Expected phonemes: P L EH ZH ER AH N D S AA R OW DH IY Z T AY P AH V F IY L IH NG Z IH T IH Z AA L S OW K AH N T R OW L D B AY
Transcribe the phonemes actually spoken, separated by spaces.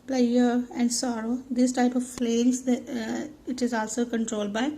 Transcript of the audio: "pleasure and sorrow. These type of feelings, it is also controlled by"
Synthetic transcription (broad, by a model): P L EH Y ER AH N D S AA R OW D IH S T AY P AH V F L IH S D IH T IH Z AA L S OW K AH N T R OW L D B AY